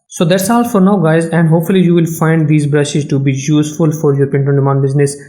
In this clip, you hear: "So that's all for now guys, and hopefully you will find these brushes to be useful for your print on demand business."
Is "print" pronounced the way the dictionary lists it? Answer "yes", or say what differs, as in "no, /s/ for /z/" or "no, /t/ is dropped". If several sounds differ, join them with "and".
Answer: no, /ɹ/ is dropped